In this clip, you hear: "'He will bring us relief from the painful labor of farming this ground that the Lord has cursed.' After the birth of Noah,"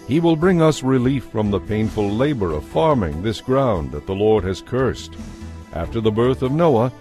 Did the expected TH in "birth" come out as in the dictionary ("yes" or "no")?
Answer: yes